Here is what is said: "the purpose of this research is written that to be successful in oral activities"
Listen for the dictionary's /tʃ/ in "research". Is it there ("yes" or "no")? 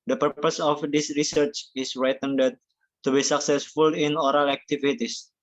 yes